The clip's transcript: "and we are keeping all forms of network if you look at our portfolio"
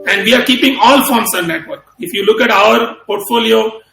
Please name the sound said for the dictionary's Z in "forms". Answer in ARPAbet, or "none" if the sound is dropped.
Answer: S